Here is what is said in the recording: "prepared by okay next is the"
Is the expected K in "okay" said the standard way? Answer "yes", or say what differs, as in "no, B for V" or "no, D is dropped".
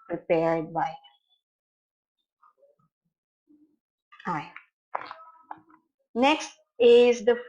no, K is dropped